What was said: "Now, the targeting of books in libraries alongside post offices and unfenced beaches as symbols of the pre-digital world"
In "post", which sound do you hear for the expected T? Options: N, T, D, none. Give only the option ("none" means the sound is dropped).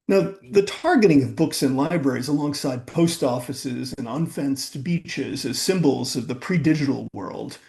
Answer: T